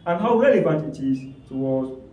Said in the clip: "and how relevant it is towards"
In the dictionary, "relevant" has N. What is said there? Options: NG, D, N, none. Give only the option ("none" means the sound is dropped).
none